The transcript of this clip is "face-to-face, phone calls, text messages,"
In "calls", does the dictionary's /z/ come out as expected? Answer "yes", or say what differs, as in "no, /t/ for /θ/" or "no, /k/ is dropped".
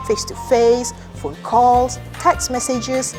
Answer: no, /s/ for /z/